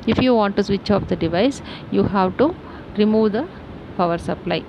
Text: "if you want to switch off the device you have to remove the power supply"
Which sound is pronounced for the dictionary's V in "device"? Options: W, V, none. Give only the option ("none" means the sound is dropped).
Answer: V